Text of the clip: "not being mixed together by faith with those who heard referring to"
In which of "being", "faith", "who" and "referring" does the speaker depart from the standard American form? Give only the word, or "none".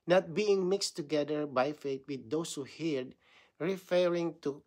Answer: faith